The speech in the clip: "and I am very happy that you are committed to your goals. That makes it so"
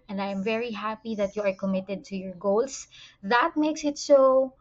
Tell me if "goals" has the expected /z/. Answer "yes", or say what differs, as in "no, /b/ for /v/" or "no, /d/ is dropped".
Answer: no, /s/ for /z/